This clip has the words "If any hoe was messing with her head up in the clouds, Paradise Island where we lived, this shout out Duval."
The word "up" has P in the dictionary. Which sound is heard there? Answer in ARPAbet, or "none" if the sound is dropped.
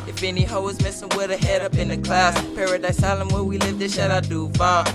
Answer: P